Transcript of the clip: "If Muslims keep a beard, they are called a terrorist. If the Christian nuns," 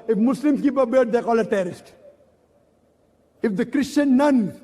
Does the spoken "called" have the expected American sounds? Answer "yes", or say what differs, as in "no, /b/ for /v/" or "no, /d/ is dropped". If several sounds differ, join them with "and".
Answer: no, /d/ is dropped